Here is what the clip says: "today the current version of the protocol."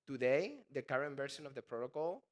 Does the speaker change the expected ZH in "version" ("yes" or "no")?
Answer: yes